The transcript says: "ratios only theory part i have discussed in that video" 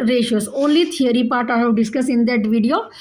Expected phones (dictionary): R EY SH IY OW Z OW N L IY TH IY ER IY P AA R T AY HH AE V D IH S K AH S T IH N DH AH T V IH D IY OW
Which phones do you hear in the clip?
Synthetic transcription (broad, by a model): R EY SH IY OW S OW N L IY T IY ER IY P AA R T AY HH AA D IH S K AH S IH N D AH T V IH D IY OW